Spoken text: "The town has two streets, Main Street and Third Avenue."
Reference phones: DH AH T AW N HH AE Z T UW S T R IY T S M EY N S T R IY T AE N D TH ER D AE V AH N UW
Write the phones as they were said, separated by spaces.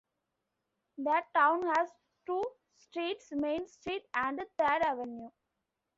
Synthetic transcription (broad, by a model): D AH T AW N HH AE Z T UW S T R IY T S M EY N S T R IY T AE N D T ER D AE V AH N UW